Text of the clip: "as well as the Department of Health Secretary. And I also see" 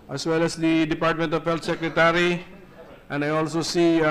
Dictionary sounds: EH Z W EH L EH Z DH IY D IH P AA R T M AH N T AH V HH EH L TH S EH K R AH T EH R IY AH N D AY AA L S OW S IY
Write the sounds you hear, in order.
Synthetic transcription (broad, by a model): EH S W EH L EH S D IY D IH P AA R T M AH N T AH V HH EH L T S EH K R AH T EH R IY AH N D AY AA L S OW S IY